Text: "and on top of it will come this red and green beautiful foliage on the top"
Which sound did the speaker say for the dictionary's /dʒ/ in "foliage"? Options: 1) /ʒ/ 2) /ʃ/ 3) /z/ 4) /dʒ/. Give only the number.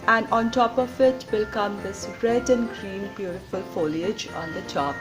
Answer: 4